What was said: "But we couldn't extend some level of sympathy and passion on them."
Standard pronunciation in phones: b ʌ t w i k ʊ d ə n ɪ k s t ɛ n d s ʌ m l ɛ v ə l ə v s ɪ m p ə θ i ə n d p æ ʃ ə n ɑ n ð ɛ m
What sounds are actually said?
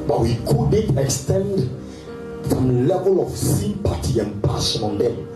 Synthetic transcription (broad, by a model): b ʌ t w i k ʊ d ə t ɪ k s t ɛ n d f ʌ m l ɛ v ə l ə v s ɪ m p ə t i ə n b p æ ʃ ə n ɑ n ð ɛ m